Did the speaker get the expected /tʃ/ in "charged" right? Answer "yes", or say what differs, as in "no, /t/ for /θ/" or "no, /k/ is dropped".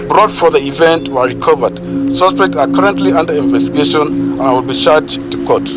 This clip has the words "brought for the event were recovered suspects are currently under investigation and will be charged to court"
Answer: no, /ʃ/ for /tʃ/